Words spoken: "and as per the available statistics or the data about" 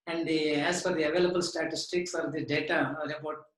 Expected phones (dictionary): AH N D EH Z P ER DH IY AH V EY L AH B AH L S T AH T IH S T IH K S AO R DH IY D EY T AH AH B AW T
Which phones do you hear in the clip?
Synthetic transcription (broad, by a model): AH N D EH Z F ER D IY AH V EY L AH B AH L S T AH T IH S T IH K S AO R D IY D EY T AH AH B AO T